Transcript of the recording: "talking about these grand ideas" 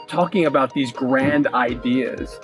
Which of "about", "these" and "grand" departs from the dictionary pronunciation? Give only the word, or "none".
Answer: none